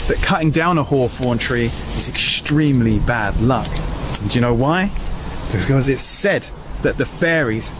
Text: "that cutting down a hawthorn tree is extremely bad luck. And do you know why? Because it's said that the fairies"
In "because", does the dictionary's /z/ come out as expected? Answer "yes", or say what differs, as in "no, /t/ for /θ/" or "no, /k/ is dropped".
yes